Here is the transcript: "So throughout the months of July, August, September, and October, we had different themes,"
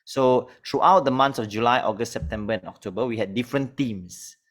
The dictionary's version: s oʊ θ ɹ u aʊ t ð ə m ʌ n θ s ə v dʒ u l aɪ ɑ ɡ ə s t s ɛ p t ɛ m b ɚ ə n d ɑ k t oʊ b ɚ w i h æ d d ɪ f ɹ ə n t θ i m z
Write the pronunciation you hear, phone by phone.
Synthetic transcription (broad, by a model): s oʊ t ɹ u aʊ t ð ə m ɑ n s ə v dʒ u l aɪ ɑ ɡ ə s t s ɛ p t ɛ m b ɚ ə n ɑ k t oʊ b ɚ w i h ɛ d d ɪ f ɹ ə n t i m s